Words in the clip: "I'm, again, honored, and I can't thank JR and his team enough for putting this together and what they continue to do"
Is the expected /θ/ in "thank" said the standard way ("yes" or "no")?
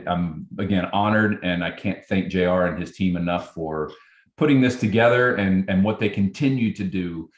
yes